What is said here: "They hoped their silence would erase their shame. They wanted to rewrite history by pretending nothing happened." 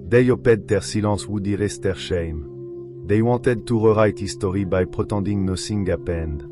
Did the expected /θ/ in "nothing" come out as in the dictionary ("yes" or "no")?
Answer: no